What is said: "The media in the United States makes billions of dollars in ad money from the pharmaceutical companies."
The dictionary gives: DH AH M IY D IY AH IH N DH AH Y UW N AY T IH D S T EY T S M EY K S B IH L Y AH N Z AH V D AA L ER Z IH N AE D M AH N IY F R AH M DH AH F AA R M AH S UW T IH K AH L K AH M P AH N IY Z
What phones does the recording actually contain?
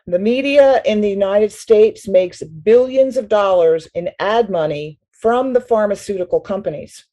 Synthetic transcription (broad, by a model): DH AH M IY D IY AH IH N DH AH Y UW N AY T IH D S T EY T S M EY K S B IH L Y AH N Z AH V D AA L ER Z IH N AE D M AH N IY F R AH M DH AH F AA R M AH S UW T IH K L K AH M P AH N IY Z